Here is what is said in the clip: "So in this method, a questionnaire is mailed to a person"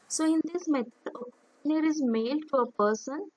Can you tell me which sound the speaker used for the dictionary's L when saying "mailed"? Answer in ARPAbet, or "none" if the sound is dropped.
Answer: L